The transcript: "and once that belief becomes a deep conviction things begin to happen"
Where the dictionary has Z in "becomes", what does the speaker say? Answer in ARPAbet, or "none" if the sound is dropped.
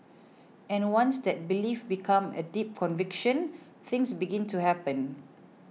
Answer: none